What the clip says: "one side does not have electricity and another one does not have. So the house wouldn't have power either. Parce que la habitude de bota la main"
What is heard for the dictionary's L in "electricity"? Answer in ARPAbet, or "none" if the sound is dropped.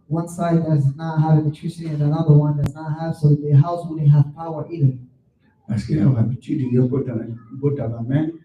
N